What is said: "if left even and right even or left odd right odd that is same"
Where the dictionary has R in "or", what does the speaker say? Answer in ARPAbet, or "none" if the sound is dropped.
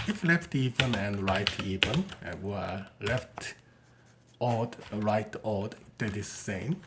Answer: W